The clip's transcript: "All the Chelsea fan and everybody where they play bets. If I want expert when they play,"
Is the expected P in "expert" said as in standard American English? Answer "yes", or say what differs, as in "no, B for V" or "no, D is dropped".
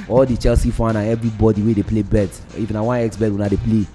no, B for P